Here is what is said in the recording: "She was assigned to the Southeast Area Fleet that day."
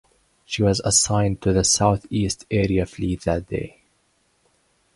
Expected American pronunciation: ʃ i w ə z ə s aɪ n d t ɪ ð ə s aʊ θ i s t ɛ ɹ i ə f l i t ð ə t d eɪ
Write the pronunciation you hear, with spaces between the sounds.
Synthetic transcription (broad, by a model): ʃ i w ə z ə s aɪ n t ɪ ð ə s aʊ θ i s t ɛ ɹ i ə f l i t ð ə t d eɪ